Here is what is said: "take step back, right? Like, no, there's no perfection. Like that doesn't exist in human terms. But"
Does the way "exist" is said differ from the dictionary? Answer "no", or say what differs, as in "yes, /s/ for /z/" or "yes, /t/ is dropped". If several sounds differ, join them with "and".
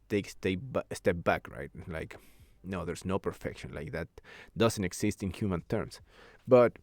yes, /s/ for /z/